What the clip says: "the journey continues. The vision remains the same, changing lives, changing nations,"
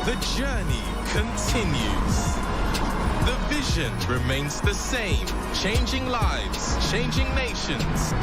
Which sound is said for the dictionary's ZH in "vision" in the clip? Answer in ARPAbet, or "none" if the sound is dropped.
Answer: ZH